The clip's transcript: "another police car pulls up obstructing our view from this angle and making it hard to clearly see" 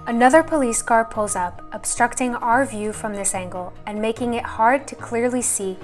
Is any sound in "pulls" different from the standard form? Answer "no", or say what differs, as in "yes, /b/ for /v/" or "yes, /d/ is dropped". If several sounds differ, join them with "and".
no